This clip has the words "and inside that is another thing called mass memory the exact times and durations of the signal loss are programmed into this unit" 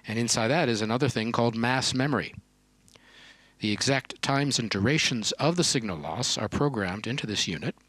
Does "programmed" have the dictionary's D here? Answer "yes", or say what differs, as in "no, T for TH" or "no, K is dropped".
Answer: yes